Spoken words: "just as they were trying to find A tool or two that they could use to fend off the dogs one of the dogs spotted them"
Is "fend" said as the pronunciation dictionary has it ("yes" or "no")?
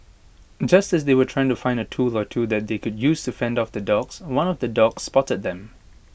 yes